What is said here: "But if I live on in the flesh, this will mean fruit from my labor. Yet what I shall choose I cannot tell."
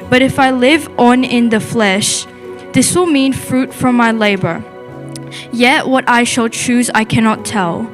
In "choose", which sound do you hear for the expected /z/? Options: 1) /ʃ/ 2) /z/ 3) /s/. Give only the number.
2